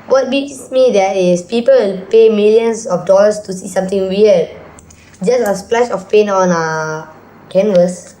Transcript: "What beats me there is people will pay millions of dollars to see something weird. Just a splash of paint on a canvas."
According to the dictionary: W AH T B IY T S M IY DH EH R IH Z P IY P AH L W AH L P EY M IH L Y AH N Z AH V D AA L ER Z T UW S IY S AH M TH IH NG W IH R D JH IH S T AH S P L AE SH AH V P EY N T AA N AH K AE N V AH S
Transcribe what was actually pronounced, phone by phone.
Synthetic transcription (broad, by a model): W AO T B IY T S M IY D EH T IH S P IY P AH AH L P EY M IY L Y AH N S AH F D AA L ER S T UW S IY S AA M T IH NG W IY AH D JH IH S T AH S P L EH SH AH F P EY N AA N AH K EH N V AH S